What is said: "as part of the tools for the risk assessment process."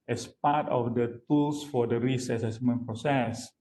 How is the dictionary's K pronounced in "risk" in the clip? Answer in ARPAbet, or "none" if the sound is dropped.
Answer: none